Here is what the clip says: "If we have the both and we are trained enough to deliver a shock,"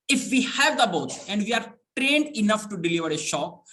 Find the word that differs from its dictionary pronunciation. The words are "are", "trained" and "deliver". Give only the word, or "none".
none